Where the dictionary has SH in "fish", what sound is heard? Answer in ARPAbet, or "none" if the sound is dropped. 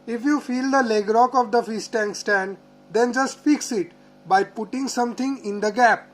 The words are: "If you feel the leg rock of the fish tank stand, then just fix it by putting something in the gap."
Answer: S